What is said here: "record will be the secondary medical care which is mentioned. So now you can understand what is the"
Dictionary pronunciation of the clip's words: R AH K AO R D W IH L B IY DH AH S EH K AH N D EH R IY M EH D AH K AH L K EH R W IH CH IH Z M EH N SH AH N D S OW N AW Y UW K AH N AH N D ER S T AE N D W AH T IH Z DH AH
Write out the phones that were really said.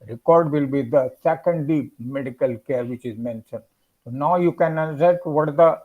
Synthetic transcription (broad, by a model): R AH K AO R D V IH L B IY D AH S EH K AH N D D IY M EH D AH K AH L K EH R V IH CH IH Z M EH N SH AH N D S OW N AW Y UW K AH N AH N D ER T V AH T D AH